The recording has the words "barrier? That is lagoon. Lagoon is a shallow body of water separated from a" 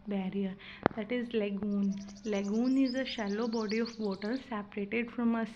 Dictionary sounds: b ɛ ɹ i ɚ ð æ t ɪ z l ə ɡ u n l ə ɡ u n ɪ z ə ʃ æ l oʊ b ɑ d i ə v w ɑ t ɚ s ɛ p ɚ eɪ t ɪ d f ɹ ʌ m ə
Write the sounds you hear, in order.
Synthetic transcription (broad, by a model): b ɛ ɹ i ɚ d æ t ɪ z l ə ɡ u n l ə ɡ u n ɪ z ə ʃ æ l oʊ b ɑ d i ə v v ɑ t ɚ s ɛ p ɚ eɪ t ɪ d f ɹ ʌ m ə